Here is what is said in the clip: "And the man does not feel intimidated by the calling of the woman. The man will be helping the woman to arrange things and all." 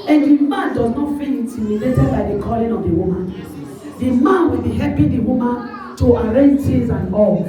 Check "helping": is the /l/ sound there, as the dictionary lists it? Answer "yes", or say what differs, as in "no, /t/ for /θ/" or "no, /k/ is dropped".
no, /l/ is dropped